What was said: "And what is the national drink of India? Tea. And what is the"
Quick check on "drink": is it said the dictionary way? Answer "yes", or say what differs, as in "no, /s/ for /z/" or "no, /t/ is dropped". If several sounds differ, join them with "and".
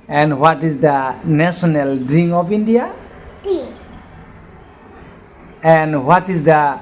no, /k/ is dropped